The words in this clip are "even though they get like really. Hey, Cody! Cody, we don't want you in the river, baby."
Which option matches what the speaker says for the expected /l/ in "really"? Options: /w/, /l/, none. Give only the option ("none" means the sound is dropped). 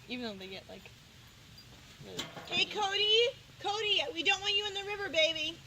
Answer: none